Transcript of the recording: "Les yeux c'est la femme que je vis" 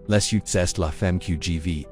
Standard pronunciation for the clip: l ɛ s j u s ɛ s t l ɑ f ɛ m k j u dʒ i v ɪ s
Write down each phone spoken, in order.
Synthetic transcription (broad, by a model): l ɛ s j u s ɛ s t l ɑ f ɛ m k j u dʒ i v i